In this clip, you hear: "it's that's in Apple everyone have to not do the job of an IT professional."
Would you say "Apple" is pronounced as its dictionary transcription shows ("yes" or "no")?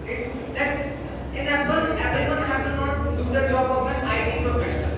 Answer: no